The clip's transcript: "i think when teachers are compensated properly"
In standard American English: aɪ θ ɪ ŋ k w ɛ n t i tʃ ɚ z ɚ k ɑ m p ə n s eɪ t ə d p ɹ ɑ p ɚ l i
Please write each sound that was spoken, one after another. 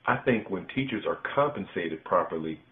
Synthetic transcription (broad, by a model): aɪ θ ɪ ŋ k w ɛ n t i tʃ ɚ z ɚ k ɑ m p ə n s eɪ t ə d p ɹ ɑ p ɚ l i